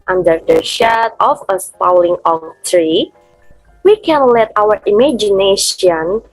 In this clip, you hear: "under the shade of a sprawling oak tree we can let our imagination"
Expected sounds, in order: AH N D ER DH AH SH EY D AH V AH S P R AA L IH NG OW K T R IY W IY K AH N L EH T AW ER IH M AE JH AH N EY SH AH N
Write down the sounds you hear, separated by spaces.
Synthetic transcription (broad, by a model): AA N D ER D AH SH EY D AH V AH S P AA L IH NG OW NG T R IY W IY K AH N L EH T AW ER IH M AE JH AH N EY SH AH N